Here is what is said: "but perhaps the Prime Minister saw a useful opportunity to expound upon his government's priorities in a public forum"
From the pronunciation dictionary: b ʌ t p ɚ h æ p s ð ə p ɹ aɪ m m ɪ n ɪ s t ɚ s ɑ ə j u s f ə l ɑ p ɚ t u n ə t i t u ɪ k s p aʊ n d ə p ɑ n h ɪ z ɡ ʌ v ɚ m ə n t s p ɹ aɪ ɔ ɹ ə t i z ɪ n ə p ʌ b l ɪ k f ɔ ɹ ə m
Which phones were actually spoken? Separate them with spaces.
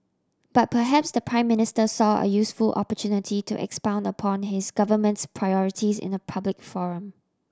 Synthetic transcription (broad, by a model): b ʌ t p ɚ h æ p s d ə p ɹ aɪ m m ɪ n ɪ s t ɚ s ɑ ə j u s f ə l ɑ p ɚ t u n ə t i t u ɪ k s p aʊ n d ə p ɑ n h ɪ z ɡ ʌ v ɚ m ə n t s p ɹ aɪ ɔ ɹ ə t i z ɪ n ə p ʌ b l ɪ k f ɔ ɹ ə m